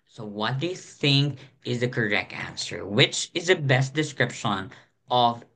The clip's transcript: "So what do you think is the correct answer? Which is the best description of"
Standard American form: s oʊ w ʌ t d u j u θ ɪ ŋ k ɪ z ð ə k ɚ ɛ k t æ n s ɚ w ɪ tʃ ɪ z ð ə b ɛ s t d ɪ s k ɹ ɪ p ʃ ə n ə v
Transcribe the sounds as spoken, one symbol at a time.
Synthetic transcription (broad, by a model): s oʊ w ʌ t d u j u θ ɪ ŋ k ɪ z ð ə k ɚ ɛ k t æ n s ɚ w ɪ tʃ ɪ z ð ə b ɛ s t d ɪ s k ɹ ɪ p ʃ ə n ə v